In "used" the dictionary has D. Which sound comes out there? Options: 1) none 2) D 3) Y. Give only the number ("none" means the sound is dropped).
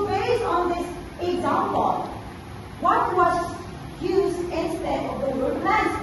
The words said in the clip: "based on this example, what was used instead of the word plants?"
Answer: 1